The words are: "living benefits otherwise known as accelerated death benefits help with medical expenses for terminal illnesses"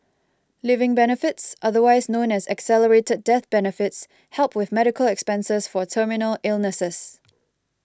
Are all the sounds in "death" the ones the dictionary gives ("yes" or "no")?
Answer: yes